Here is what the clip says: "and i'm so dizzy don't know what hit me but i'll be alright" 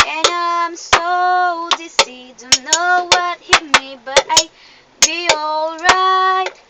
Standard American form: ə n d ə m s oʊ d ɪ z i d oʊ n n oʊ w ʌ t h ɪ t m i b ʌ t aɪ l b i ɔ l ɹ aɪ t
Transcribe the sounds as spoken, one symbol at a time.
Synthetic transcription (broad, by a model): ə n ə m s oʊ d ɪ s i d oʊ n n oʊ w ʌ t h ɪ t m i b ʌ t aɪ b i ɔ l ɹ aɪ t